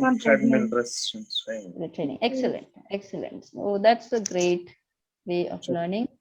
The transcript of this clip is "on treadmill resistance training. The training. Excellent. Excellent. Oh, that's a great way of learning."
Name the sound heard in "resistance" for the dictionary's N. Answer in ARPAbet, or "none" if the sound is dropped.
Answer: none